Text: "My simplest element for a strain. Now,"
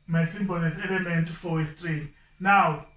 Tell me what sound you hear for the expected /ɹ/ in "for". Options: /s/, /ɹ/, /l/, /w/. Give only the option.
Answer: /w/